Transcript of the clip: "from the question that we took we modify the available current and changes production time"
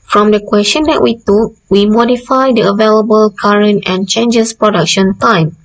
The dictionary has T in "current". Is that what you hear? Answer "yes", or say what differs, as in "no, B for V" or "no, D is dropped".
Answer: yes